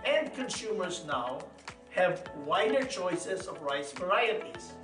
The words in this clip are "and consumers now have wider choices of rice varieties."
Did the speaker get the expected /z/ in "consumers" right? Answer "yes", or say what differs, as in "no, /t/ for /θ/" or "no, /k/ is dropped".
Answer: yes